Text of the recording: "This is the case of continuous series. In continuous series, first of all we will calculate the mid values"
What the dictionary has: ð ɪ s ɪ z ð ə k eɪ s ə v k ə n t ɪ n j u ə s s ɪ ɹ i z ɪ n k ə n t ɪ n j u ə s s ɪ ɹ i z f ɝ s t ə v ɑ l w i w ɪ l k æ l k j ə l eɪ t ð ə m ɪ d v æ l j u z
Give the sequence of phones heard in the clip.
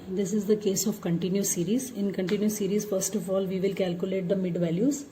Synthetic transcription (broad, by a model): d ɪ s ɪ z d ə k eɪ s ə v k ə n t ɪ n j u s s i ɹ i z ɪ n k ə n t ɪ n j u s s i ɹ i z f ɝ s t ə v ɑ l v i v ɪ l k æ l k j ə l eɪ t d ə m ɪ d v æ l j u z